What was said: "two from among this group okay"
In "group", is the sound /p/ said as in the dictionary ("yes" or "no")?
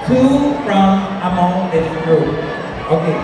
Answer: no